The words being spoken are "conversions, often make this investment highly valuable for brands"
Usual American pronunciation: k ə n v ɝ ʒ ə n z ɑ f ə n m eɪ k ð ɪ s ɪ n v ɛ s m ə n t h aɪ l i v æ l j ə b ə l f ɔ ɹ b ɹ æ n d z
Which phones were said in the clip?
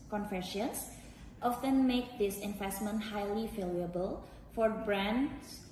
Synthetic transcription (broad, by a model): k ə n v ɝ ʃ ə n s ɑ f ə n m eɪ k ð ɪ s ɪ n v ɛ s m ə n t h aɪ l i f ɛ l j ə b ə l f ɔ ɹ b ɹ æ n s